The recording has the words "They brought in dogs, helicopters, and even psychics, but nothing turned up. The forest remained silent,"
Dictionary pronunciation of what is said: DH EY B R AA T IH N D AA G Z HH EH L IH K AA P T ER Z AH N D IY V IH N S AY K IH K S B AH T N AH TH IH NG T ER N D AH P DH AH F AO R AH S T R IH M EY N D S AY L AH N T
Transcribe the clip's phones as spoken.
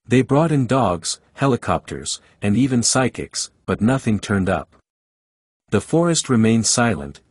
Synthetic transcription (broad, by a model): DH EY B R AA T IH N D AA G Z HH EH L IH K AA P T ER Z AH N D IY V IH N S AY K IH K S B AH T N AH TH IH NG T ER N D AH P DH AH F AO R AH S T R IH M EY N D S AY L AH N T